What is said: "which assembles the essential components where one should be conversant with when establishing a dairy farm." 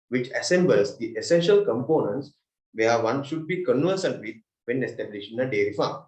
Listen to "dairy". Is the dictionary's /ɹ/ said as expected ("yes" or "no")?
yes